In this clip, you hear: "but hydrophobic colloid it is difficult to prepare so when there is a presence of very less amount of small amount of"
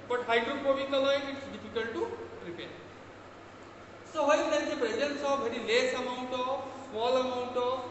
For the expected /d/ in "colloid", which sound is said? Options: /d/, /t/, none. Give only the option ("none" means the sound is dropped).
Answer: none